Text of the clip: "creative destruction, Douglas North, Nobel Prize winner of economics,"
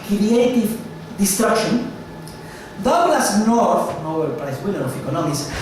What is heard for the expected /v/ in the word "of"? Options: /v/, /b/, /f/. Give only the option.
/f/